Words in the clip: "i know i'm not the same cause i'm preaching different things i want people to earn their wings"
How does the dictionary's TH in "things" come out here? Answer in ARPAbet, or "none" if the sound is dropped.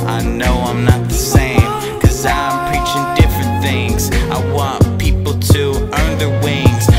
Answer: TH